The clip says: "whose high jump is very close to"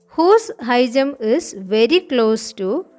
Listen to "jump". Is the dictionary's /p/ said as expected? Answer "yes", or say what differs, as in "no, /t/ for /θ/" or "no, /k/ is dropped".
no, /p/ is dropped